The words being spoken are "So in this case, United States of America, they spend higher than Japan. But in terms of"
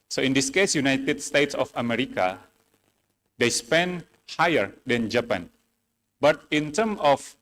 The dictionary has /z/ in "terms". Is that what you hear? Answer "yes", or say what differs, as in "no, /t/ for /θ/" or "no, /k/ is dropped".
no, /z/ is dropped